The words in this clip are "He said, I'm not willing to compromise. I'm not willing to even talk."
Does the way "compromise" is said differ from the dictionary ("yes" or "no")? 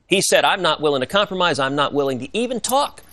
no